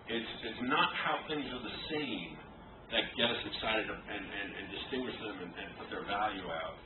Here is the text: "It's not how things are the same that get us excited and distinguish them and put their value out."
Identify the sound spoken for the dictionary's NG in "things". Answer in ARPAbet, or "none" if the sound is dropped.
NG